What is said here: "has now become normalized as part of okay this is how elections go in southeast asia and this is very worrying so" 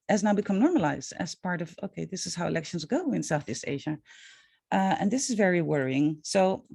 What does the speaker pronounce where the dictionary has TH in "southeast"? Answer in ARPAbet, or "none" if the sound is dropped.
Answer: TH